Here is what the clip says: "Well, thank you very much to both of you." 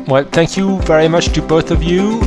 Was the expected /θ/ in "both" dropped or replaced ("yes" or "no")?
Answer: no